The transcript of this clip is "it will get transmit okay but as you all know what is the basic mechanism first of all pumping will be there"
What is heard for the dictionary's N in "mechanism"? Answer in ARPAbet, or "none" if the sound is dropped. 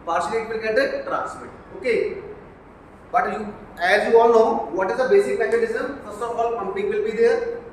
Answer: L